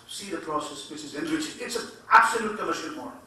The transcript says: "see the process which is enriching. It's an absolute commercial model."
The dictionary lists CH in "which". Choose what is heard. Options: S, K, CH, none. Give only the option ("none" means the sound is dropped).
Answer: S